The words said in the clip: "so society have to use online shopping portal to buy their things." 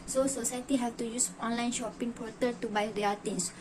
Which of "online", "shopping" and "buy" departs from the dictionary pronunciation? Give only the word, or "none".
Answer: none